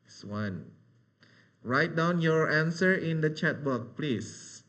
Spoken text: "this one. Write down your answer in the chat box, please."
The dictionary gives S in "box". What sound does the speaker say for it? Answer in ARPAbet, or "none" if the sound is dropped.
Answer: none